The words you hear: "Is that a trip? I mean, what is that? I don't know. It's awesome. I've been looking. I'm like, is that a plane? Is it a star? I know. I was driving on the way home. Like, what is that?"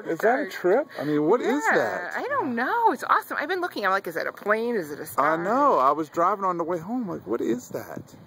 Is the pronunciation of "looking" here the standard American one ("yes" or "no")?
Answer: yes